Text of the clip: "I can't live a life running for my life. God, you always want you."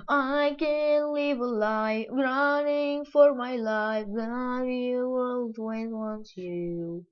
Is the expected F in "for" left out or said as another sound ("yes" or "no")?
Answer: no